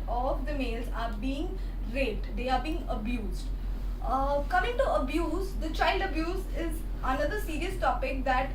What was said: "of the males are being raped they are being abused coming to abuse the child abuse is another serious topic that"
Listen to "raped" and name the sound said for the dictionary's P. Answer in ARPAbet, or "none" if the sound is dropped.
none